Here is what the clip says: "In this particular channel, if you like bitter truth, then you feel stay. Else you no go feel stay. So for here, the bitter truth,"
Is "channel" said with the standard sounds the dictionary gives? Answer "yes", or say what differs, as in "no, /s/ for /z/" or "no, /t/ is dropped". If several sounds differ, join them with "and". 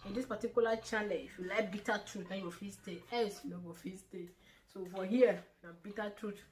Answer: no, /l/ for /n/ and /n/ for /l/